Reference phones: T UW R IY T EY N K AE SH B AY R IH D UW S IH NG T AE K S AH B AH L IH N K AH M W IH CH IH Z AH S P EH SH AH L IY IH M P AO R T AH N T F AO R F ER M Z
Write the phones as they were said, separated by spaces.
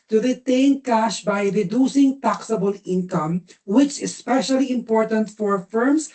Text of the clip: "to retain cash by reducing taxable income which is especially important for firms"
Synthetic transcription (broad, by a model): T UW R IY T EY N K AE SH B AY R IH D UW S IH NG T AE K S AH B AH L IH N K AH M W IH CH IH S P EH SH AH L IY IH M P AO R T AH N T F AO R F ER M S